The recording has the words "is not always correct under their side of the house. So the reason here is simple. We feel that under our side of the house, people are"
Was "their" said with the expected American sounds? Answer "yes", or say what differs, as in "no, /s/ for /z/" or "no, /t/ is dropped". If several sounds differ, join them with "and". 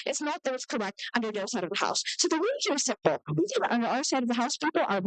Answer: no, /l/ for /ɹ/